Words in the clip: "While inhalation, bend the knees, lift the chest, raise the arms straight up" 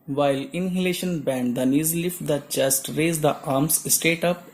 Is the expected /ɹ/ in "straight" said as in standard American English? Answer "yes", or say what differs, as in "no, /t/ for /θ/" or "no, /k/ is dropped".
no, /ɹ/ is dropped